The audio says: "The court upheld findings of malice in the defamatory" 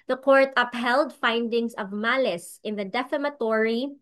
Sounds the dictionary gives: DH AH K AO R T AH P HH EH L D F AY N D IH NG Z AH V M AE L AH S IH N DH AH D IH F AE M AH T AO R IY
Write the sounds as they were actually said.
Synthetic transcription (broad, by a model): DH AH K AO R T AH P HH EH L D F AY N D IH NG S AH V M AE L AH S IH N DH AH D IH F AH M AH T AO R IY